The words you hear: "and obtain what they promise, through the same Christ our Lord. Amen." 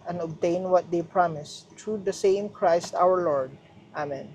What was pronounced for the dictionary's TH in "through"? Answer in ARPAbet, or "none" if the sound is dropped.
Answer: T